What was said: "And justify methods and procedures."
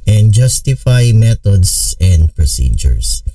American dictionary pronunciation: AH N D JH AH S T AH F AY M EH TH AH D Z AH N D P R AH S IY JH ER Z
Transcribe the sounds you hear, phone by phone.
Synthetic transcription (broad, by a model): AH N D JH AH S T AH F AY M EH T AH D S AH N D P R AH S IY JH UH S